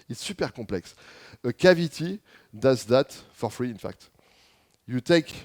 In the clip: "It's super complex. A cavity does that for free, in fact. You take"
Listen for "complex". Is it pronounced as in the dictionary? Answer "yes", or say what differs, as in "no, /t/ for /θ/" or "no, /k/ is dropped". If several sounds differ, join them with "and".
no, /m/ is dropped